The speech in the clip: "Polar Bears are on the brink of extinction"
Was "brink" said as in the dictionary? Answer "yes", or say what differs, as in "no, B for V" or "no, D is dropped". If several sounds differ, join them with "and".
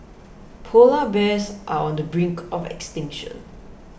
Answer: yes